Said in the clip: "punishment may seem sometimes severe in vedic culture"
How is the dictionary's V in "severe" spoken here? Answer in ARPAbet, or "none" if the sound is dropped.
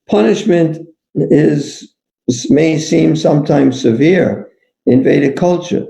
V